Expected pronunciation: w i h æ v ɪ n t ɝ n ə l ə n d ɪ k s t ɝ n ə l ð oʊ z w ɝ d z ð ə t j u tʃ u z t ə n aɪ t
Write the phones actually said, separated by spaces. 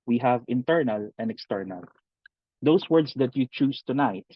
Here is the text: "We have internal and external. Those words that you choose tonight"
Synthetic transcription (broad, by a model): w i h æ v ɪ n t ɝ n ə l ə n d ɪ k s t ɝ n ə l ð oʊ s w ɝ d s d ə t j u tʃ u s t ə n aɪ t